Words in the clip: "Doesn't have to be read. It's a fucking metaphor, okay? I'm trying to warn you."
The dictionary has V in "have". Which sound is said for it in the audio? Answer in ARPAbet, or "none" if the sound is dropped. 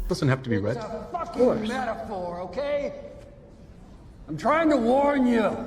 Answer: F